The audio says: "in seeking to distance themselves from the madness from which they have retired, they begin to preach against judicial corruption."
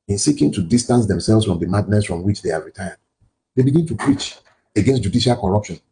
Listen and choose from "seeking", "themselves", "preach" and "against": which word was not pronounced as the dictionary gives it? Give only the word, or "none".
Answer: themselves